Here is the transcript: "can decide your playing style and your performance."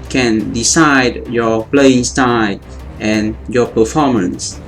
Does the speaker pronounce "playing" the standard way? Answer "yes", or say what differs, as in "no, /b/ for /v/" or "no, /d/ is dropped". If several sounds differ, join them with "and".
yes